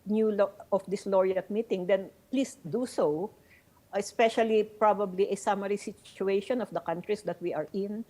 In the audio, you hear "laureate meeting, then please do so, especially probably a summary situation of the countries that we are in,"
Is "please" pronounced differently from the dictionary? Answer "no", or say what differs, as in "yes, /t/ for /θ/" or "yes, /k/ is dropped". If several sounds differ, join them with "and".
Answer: yes, /s/ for /z/